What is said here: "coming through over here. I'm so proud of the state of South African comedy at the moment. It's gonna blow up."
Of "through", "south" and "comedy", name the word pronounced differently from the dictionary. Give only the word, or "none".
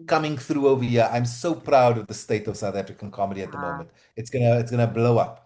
none